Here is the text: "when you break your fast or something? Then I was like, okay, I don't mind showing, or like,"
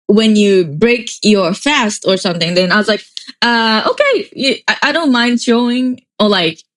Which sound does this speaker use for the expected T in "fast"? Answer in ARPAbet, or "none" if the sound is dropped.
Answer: T